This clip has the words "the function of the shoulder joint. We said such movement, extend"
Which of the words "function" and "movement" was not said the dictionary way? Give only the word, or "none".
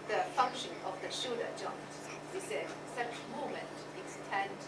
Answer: movement